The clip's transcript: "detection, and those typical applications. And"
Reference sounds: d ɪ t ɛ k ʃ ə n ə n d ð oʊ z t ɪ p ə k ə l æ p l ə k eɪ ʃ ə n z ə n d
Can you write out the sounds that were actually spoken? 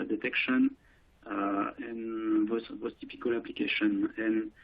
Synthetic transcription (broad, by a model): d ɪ t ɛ k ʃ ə n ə n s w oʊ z t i p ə k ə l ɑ p l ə k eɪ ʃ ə n ə n